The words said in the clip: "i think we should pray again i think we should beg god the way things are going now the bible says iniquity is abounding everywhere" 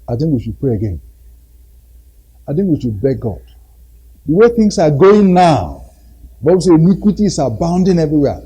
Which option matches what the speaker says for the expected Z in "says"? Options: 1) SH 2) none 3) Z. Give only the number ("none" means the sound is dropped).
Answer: 2